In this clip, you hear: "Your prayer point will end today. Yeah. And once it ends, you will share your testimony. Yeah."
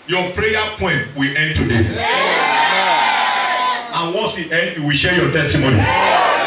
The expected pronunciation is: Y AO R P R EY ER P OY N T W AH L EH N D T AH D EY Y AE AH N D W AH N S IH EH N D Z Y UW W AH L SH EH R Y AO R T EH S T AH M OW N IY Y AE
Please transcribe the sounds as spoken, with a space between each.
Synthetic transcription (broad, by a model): Y AO P R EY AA P OY N T W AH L EH N D T AH D EY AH N W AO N S IH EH N D Y UW W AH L SH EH Y AO T EH S T AH M OW N IY